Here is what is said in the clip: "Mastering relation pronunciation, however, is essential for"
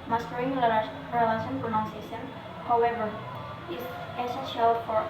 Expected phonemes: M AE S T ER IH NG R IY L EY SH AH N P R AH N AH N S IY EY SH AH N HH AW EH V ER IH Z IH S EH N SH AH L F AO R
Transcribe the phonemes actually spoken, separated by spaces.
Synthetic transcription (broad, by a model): M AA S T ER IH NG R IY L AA S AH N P R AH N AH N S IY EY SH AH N HH AW EH V ER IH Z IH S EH N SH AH L F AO R